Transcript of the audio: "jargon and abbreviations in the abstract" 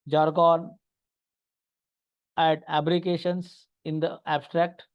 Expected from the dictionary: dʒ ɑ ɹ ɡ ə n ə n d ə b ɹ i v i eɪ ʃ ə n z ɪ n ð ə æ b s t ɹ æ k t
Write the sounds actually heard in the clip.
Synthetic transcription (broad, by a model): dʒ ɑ ɹ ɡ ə n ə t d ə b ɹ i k eɪ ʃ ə n s ɪ n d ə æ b s t ɹ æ k t